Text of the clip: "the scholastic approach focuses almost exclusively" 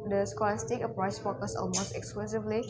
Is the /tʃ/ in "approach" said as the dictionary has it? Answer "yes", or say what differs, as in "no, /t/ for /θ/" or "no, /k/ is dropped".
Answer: no, /s/ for /tʃ/